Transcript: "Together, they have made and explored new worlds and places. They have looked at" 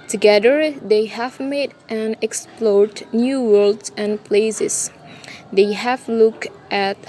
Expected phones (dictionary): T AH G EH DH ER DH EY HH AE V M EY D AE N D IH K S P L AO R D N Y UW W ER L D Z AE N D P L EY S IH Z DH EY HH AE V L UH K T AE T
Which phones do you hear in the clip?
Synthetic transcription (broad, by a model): T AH G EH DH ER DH EY HH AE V M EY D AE N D IH K S P L AO R D N Y UW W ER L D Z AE N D P L EY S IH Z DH EY HH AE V L UH K T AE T